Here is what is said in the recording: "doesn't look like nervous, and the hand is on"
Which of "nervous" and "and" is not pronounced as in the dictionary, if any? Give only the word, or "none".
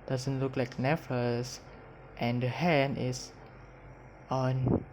nervous